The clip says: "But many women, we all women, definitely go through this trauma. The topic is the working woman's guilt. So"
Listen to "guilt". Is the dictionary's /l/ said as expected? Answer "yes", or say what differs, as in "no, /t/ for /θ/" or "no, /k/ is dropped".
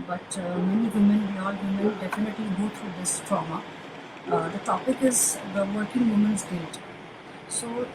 no, /l/ is dropped